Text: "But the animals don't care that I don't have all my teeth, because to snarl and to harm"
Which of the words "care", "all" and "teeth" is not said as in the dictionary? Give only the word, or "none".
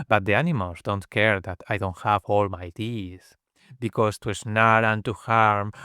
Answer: teeth